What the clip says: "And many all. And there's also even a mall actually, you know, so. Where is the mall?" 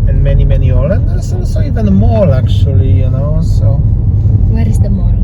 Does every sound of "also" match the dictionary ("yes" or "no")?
no